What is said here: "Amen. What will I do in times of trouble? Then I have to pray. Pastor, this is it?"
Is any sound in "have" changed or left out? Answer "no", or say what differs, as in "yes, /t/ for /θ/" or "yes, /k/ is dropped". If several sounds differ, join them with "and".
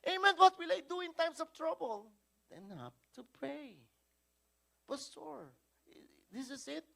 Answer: yes, /p/ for /v/